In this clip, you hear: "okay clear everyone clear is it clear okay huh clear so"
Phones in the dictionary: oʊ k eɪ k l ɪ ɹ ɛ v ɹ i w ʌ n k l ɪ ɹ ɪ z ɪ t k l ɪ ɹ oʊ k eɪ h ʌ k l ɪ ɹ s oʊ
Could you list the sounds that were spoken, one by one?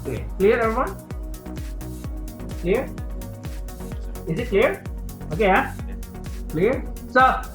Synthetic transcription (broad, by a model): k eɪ k l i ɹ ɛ ɹ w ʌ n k l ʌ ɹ ɪ z ɪ t k l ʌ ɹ oʊ k eɪ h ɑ k l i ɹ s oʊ